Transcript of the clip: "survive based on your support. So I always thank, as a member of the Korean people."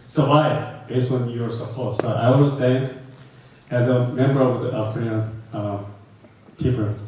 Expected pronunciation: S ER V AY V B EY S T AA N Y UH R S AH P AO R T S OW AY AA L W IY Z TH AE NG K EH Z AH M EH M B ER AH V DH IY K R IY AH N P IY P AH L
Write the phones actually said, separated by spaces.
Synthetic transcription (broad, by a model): S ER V AY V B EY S AA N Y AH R S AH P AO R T S OW AY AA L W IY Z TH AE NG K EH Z AH M EH M B ER AH V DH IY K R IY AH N P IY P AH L